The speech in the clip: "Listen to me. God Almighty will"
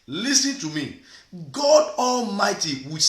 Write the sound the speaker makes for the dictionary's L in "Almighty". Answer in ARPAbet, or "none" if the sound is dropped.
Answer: L